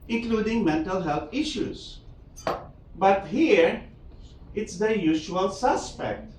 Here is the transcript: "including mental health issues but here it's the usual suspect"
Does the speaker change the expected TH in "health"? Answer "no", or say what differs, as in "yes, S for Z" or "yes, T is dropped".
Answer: yes, T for TH